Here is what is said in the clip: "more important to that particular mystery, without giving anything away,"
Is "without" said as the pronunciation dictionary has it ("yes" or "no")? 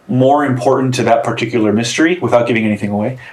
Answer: yes